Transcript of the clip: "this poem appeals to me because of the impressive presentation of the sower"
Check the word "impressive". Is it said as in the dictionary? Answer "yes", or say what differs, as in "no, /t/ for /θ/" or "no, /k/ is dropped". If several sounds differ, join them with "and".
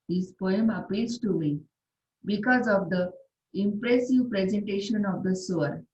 yes